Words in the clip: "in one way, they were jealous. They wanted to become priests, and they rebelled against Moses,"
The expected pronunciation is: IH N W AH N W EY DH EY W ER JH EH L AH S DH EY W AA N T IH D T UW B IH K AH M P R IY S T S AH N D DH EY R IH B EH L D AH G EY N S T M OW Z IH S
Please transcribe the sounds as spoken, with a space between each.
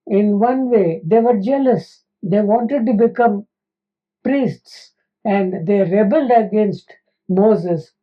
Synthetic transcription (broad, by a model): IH N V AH N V EY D EY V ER JH EH L AH S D EY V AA N T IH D T UW B IH K AH M P R IY S T S AH N D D EY R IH B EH L D AH G EY N S T M OW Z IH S